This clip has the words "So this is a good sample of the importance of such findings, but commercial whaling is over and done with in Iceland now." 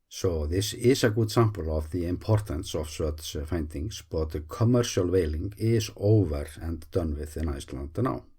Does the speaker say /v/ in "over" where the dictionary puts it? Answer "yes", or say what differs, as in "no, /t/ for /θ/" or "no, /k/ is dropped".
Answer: yes